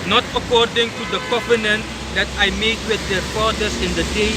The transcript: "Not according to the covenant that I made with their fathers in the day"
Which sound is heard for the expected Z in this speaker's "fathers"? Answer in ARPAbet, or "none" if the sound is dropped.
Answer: S